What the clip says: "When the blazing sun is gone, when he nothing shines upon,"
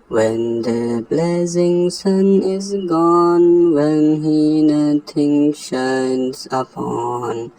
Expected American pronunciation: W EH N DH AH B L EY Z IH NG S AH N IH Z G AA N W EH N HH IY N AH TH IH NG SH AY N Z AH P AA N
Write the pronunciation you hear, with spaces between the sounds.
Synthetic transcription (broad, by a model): W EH N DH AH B L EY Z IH NG S AH N IH Z G AA N W EH N HH IY N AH T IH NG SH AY N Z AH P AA N